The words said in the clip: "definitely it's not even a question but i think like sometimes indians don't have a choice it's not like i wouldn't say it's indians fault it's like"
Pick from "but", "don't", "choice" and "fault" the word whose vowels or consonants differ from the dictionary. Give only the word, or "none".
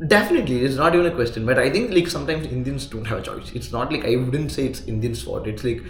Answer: fault